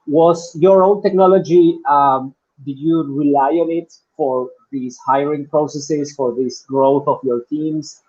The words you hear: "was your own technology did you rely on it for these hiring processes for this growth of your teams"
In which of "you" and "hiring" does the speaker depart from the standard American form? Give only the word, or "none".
none